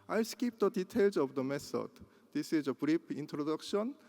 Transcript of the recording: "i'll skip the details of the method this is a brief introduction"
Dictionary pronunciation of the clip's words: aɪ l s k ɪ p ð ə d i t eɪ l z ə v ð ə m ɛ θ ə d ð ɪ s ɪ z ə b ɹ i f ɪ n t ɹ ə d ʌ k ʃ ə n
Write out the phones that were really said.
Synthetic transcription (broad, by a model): aɪ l s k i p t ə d i t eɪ l s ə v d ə m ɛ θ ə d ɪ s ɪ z ə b ɹ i p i n t ɹ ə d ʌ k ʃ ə n